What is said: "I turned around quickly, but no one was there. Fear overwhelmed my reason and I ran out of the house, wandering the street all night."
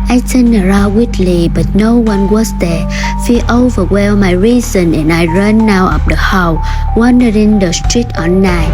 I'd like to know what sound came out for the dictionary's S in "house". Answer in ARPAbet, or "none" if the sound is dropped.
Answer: none